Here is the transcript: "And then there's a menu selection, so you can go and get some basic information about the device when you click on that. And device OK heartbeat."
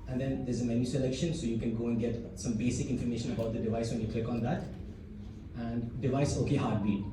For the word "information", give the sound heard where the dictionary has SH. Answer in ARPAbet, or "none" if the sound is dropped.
SH